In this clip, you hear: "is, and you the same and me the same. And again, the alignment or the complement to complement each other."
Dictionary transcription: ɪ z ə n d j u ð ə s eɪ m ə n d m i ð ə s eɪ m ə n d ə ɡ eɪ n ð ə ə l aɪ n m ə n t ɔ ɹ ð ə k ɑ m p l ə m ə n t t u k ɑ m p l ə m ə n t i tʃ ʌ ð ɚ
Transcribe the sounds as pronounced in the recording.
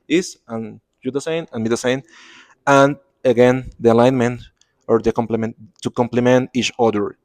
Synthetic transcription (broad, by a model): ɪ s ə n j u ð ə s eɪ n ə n m i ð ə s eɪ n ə n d ə ɡ eɪ n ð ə ə l aɪ n m ə n t ɔ ɹ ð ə k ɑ m p l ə m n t t u k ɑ m p l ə m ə n t i tʃ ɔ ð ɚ